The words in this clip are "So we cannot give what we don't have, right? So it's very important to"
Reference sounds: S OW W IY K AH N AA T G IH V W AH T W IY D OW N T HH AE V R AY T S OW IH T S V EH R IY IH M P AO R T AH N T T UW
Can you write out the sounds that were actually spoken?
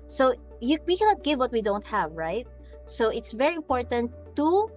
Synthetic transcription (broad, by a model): S OW W IY K AH N AA T G IH V W AH T W IY D OW N T HH AE V R AY T S OW IH T S V EH R IY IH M P AO R T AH N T T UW